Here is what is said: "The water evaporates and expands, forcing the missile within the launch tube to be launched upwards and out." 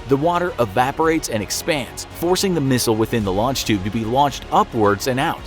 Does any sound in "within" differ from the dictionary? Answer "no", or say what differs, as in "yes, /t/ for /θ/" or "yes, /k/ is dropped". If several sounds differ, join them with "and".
no